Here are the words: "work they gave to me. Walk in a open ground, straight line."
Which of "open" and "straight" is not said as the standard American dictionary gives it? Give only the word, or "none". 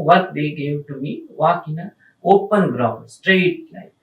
none